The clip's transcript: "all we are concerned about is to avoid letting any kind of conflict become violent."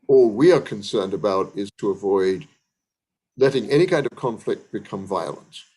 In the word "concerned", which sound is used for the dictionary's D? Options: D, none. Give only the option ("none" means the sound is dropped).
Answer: D